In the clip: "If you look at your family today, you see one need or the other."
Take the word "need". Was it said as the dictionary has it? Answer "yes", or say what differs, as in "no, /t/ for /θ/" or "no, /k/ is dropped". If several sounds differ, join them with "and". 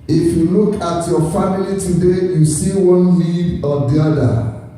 no, /l/ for /n/